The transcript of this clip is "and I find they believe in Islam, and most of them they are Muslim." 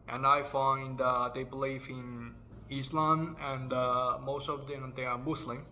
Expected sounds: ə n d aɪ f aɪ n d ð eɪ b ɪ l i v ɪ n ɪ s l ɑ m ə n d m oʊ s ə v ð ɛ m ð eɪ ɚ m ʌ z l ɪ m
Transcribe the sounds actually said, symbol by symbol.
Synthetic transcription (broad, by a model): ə n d aɪ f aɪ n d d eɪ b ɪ l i f ɪ n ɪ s l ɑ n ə n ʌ m oʊ s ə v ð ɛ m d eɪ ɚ m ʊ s l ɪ m